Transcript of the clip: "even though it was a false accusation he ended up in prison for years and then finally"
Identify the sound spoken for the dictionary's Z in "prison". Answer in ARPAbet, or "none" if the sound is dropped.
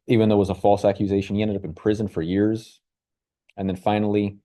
Z